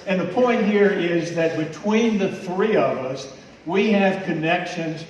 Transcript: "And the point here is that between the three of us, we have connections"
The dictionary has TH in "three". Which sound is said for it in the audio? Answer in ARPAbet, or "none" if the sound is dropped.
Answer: TH